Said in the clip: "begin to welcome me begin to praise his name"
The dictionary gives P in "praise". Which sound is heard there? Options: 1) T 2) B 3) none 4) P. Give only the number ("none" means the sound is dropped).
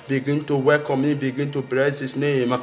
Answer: 2